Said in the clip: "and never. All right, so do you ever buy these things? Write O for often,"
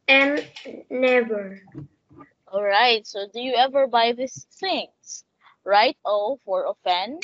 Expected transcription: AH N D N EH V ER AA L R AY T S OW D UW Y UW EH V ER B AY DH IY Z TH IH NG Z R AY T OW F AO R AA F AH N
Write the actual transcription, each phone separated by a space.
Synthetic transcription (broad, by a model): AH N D N EH V ER AA L R AY T S OW D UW Y UW EH V ER B AY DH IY S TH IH NG S R AY T OW F AO R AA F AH N